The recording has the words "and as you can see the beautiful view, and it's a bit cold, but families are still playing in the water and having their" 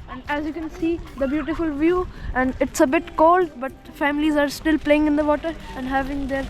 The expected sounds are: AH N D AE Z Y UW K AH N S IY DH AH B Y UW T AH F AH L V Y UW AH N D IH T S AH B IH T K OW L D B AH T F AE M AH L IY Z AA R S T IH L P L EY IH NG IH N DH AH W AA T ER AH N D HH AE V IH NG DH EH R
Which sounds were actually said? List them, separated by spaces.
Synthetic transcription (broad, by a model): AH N D AE Z Y UW K AH N S IY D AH B Y UW T AH F AH L V Y UW AH N D IH T S AH B IH T K OW L D B AH T F AE M AH L IY Z AA R S T IH L P L EY IH NG IH N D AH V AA T ER AH N D HH AE V IH NG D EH R